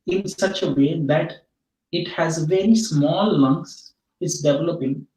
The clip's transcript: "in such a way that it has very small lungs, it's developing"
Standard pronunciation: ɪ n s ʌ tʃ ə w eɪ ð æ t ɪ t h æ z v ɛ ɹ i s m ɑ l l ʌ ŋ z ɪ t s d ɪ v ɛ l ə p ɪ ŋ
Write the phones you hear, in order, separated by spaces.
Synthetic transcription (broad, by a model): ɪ n s ʌ tʃ ə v eɪ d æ t ɪ t h æ z v ɛ ɹ i s m ɑ l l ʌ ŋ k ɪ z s d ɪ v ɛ l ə p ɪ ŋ